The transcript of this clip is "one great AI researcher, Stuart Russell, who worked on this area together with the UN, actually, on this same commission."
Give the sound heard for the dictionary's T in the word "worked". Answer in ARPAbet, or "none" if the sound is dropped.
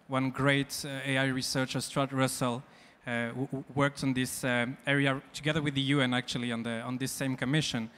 T